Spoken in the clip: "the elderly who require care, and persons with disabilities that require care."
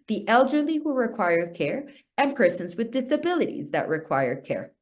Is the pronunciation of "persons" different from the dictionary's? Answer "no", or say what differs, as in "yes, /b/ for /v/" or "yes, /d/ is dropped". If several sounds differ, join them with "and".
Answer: no